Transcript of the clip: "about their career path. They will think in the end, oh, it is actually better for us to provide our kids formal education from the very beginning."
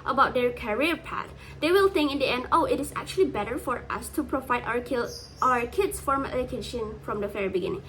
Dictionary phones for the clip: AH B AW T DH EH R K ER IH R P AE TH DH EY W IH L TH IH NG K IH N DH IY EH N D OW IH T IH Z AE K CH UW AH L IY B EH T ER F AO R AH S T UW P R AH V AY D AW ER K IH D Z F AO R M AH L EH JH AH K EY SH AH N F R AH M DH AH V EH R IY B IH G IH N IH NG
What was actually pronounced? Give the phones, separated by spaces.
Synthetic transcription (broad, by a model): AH B AW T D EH R K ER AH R P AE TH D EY W IH L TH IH NG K IH N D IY EH N D OW IH T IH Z AE K CH UW AH L IY B EH T ER F AO R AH S T UW P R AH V AY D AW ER K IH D S F AO R M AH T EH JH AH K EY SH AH N F R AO M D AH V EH R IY B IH G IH N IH NG